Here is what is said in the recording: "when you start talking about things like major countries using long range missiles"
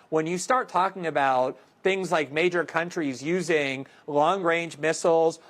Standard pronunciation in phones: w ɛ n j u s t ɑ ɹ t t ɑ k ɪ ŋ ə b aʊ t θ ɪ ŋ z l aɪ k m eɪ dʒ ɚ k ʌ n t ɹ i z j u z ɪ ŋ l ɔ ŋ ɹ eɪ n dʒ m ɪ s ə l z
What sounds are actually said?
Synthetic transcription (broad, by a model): w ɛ n j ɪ s t ɑ ɹ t t ɑ k ɪ ŋ ə b aʊ t θ ɪ ŋ z l aɪ k m eɪ dʒ ɚ k ʌ n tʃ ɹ i z j u z ɪ ŋ l ɔ ŋ ɹ eɪ n dʒ m ɪ s l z